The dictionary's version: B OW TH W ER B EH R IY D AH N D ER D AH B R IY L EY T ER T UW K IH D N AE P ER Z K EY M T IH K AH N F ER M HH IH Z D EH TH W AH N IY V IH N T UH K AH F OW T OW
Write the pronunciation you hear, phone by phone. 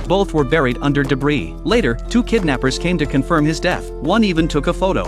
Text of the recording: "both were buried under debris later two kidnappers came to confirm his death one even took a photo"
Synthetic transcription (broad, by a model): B OW TH W ER B EH R IY D AH N D ER D AH B R IY L EY T ER T UW K IH D N AE P ER Z K EY M T IH K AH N F ER M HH IH Z D EH TH W AH N IY V IH N T UH K AH F OW T OW